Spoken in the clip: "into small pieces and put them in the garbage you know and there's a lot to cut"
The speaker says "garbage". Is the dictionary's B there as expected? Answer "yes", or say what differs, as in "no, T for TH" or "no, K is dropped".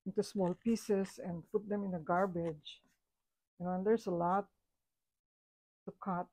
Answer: yes